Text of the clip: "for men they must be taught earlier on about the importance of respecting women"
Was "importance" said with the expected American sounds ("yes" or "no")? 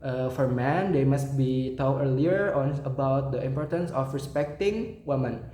yes